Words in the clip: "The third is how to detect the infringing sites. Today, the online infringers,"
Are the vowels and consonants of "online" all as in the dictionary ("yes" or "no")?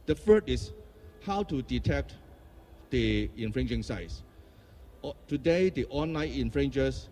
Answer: yes